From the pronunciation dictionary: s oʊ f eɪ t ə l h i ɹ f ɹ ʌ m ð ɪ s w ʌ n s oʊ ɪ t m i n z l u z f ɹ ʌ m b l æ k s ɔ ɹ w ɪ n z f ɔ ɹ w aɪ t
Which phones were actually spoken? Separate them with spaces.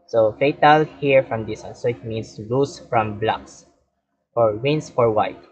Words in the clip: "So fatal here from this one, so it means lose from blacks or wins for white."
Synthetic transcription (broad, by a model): s oʊ f eɪ t ə l h i ɹ f ɹ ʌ m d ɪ s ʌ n s oʊ ɪ t m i n s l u s f ɹ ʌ m b l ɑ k s ɔ ɹ w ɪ n s f ɔ ɹ w aɪ t